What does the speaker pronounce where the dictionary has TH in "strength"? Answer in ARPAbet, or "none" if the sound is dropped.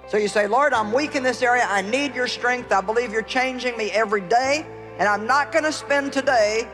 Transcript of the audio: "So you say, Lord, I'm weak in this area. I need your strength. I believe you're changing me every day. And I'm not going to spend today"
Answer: TH